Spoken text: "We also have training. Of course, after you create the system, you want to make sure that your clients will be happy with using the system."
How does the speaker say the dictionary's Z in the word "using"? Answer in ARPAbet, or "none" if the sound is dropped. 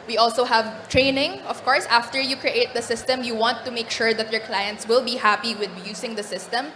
S